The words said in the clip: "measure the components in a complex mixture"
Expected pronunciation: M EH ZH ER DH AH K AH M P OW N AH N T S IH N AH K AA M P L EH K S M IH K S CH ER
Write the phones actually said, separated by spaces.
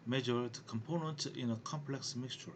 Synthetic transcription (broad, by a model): M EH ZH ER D K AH M P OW N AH N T IH N AH K AA M P L EH K S M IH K S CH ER